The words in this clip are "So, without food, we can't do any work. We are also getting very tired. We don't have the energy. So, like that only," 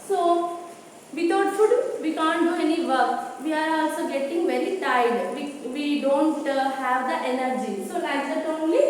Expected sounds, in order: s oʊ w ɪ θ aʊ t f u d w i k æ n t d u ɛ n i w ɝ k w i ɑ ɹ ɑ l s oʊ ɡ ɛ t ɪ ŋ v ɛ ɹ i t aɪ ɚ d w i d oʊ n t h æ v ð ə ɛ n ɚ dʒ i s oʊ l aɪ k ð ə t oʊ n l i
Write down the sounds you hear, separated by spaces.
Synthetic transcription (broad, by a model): s oʊ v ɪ t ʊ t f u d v i k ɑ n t d u ɛ n i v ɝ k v i ɑ ɹ ɑ l s oʊ ɡ ɛ t ɪ ŋ v ɛ ɹ i t aɪ d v i d oʊ n t h æ v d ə ɛ n ɚ dʒ i s oʊ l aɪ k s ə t oʊ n l i